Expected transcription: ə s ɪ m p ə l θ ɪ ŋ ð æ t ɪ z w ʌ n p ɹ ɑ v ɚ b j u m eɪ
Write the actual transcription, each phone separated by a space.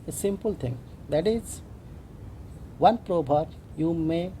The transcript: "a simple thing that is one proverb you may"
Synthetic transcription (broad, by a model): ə s ɪ m p ə l t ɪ ŋ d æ t ɪ z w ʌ n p ɹ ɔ b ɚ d j u m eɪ